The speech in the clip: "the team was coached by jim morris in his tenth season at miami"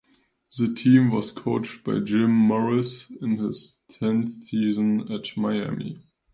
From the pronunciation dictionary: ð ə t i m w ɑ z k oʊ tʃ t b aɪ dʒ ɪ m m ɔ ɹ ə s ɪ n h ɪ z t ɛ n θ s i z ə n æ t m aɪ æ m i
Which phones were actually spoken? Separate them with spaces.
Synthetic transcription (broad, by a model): ð ə t i m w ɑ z k oʊ tʃ t b aɪ dʒ ɪ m m ɔ ɹ ə s ɪ n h ɪ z t ɛ n θ s i z ə n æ t m aɪ æ m i